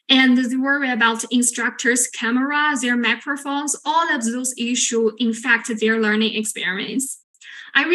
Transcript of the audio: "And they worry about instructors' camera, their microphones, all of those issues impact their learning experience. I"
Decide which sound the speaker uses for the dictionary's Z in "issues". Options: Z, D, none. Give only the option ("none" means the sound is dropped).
none